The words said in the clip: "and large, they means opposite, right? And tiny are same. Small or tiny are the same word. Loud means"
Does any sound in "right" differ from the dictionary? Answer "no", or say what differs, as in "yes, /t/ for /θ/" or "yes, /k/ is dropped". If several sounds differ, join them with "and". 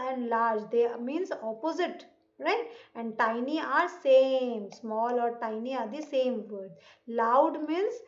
no